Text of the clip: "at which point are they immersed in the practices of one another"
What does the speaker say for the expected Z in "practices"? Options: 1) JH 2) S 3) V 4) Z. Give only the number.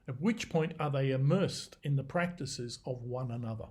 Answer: 4